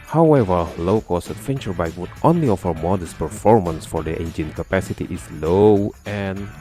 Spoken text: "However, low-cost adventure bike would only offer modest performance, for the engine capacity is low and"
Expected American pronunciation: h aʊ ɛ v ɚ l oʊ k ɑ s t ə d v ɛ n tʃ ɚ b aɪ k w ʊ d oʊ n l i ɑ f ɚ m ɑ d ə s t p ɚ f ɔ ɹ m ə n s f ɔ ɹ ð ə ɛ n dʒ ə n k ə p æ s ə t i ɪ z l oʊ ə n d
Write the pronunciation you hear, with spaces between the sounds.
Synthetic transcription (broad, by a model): h aʊ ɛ v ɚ l oʊ k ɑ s ə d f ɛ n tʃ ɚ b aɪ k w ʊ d oʊ n l i ɑ f ɚ m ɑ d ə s p ɚ f ɔ ɹ m ə n s f ɔ ɹ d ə ɛ n dʒ ə n k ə p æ s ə t i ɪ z l oʊ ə n